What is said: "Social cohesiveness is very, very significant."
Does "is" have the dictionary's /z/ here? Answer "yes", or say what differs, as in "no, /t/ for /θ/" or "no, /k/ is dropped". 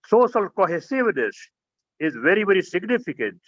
yes